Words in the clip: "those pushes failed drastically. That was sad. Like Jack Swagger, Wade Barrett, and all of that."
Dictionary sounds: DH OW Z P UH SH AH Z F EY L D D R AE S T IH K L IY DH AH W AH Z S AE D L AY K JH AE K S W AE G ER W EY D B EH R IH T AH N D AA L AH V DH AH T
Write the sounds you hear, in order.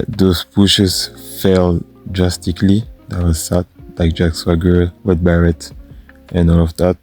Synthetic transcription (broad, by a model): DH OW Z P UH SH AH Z F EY L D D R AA S T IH K L IY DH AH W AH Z S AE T L AY K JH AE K S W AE G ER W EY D B EH R IH T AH N AA L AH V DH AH T